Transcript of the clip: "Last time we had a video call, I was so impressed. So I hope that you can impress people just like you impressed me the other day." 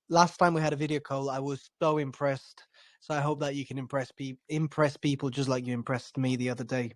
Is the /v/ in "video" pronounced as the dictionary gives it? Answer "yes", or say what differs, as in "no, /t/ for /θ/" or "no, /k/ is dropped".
yes